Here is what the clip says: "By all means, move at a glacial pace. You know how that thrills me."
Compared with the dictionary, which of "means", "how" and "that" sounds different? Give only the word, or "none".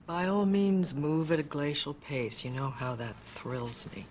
none